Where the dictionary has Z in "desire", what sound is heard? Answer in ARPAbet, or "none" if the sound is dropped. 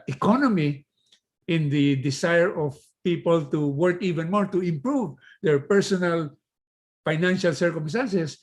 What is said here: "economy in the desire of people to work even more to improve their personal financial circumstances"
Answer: S